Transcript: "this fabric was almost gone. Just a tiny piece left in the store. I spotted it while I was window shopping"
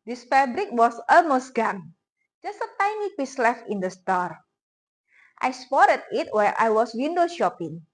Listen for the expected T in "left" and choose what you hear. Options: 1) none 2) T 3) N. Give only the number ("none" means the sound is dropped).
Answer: 1